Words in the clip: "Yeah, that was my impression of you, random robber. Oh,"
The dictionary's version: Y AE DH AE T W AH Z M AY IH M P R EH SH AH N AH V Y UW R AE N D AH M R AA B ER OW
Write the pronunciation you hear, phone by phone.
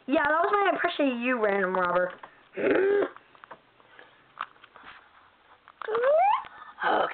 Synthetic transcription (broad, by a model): Y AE DH AE T W AH Z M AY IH P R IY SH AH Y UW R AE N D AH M R AA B ER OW